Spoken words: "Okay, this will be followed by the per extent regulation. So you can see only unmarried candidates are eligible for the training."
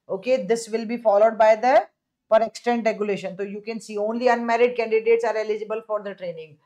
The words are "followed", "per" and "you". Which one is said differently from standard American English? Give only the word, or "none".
none